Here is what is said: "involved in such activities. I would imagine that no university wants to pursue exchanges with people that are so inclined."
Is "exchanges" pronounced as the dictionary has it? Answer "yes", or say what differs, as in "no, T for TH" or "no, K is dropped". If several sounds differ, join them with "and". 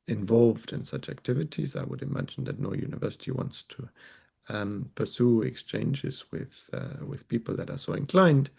yes